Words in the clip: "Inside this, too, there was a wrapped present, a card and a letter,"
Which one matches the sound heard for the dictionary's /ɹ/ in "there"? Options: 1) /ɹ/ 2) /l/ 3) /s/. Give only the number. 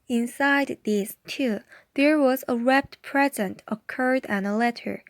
1